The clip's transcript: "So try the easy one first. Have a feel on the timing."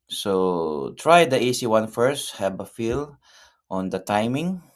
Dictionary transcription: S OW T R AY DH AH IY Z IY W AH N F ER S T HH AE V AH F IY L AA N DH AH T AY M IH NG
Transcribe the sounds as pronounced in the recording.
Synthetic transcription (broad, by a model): S OW T R AY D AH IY S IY W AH N F ER S T HH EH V AH F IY L AA N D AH T AY M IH NG